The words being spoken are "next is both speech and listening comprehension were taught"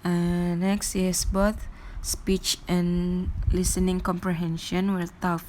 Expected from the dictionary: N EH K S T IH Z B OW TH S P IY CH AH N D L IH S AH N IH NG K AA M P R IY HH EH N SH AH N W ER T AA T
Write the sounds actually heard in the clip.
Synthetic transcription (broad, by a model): N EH K S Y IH S B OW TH S P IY CH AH N L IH S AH N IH NG K AA M P R IY HH EH N SH AH N W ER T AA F